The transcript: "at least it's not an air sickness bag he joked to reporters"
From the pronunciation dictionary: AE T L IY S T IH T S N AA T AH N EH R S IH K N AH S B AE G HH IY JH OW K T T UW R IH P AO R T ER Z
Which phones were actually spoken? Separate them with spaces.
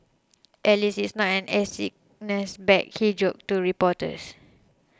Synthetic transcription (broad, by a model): T L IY S IH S N AA T AH N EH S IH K N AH S B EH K HH IY JH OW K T T UW R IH P AO T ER S